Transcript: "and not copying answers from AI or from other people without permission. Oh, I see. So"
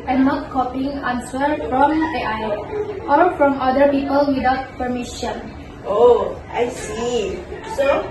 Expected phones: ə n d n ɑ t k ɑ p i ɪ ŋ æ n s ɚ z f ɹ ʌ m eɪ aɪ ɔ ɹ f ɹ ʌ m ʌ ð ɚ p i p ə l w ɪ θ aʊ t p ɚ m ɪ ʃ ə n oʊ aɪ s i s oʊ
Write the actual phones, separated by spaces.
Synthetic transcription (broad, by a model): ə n n ɑ t k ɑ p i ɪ ŋ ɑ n s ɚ f ɹ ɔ m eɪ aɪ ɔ l f ɹ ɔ m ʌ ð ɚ p i p ə l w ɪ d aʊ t p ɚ m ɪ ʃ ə n oʊ aɪ s i s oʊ